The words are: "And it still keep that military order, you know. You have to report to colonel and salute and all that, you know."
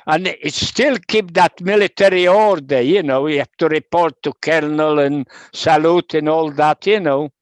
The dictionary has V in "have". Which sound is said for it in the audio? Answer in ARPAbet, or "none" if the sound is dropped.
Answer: F